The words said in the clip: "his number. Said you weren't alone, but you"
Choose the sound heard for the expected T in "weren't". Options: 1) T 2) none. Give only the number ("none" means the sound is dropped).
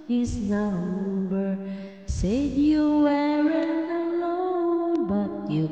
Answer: 2